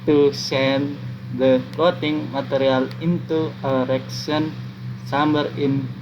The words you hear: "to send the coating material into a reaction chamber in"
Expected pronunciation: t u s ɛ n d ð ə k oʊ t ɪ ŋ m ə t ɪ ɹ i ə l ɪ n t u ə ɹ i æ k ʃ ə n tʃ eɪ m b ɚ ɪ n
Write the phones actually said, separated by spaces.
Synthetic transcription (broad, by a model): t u s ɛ n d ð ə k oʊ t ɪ ŋ m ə t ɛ ɹ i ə l ɪ n t u ə ɹ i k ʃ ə n s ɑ m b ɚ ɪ n